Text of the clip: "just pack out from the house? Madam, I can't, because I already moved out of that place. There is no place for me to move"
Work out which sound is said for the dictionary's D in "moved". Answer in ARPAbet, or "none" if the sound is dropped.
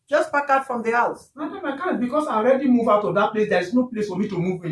none